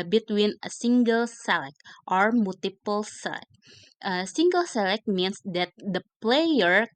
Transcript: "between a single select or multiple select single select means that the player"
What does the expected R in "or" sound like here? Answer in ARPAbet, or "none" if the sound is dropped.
R